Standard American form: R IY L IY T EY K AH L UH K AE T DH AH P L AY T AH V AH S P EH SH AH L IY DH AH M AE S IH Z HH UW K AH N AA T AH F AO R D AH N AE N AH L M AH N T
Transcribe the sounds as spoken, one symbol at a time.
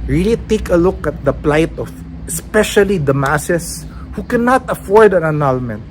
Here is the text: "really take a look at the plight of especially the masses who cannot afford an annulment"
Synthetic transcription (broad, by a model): R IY L IY T EY K AH L UH K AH T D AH P L AY T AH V AH S P EH SH AH L IY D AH M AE S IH S HH UW K AH N AA T AH F AO R D AH N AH N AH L M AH N T